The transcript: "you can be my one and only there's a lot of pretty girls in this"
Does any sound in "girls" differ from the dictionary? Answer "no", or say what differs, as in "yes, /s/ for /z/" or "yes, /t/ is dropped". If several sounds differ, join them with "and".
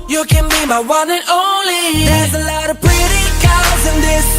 yes, /l/ is dropped